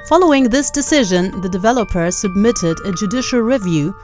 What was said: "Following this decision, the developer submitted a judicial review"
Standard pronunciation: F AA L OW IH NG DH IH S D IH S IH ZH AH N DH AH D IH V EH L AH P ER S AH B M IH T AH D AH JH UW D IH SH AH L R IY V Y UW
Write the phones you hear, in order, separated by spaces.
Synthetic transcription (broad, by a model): F AA L OW IH NG DH IH S D IH S IH ZH AH N DH AH D IH V EH L AH P ER S AH B M IH T AH D AH JH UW D IH SH L R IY V Y UW